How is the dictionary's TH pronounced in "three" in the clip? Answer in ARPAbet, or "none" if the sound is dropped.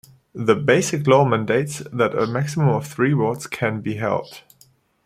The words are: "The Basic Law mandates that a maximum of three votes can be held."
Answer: TH